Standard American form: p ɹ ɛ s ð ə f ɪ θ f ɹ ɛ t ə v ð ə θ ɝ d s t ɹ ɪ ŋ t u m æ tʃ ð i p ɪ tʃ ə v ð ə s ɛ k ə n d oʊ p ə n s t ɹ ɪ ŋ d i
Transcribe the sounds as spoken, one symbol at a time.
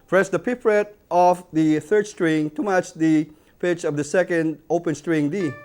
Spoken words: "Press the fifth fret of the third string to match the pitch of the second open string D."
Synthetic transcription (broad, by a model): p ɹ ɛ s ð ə p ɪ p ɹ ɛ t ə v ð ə θ ɝ d s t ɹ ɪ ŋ t u m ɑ tʃ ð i p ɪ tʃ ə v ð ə s ɛ k ə n d oʊ p ə n s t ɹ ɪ ŋ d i